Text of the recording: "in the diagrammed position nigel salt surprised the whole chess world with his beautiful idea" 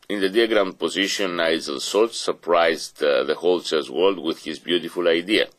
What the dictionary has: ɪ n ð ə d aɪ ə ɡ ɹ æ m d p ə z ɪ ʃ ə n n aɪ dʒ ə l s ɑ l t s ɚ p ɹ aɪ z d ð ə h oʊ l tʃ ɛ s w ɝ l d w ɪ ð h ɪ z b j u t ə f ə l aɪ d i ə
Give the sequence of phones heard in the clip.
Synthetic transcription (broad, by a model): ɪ n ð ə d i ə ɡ ɹ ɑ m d p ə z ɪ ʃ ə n n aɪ z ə l s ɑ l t s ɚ p ɹ aɪ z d ð ə h oʊ l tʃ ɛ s w ɝ l d w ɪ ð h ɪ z b j u t ə f ə l aɪ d i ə